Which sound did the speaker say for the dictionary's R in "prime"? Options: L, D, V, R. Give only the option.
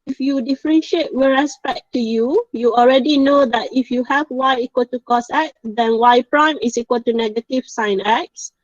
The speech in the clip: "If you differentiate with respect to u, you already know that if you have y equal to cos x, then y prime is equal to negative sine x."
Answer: R